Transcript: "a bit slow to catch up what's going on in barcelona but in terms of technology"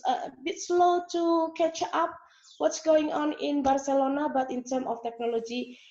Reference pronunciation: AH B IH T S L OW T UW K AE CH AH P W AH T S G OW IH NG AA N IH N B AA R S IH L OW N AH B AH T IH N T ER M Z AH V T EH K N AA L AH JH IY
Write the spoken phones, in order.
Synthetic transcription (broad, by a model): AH B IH T S L OW T UW K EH CH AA P W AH T S G OW IH NG AA N IH N B AA R S IH L OW N AH B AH T IH N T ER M AH F T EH K N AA L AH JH IY